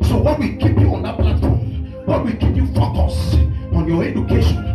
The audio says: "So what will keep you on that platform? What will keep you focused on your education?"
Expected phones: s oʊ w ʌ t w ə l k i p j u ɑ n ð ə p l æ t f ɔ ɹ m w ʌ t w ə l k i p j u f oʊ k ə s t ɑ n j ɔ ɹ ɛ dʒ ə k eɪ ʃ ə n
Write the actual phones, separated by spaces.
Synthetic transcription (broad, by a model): s oʊ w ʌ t w ə l k i p j u ɑ n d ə p l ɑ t f ɔ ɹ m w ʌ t w ə l k i p j u f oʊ k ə s ɑ n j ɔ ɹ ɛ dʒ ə k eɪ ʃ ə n